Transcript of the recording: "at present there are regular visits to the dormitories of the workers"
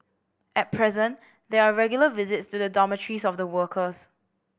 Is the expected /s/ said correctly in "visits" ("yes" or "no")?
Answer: yes